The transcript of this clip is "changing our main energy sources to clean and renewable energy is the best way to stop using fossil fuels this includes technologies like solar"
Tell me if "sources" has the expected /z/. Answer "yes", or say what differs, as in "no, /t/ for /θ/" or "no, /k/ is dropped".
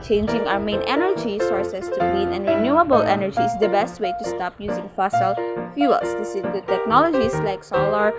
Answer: no, /s/ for /z/